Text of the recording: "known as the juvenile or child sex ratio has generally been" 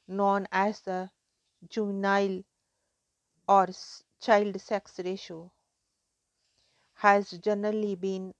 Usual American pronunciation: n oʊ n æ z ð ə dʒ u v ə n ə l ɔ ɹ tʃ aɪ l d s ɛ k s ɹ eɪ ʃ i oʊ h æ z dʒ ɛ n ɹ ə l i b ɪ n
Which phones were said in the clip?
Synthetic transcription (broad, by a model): n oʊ n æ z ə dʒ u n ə ə l ɔ ɹ tʃ aɪ l d s ɛ k s ɹ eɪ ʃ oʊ h æ z dʒ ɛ n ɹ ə l i b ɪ n